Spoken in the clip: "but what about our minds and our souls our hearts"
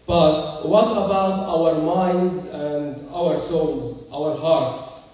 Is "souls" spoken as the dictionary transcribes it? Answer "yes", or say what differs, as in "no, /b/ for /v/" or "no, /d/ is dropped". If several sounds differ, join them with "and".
no, /n/ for /l/